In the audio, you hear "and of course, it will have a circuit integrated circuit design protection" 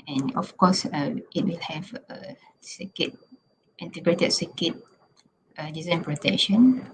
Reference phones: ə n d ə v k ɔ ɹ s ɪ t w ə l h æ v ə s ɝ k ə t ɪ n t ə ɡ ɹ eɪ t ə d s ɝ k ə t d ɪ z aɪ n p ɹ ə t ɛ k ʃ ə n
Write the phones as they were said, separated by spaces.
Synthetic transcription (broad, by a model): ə n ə f k ɔ s ɪ t w ə l h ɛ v ə s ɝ k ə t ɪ n t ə ɡ ɹ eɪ t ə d s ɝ k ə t d ɪ z aɪ n p ɹ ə t ɛ k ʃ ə n